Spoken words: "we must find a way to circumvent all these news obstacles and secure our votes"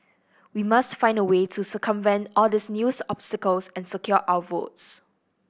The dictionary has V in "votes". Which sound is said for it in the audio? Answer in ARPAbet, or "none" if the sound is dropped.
V